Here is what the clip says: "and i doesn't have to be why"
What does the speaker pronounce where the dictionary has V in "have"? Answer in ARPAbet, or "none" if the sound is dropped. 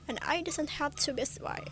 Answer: P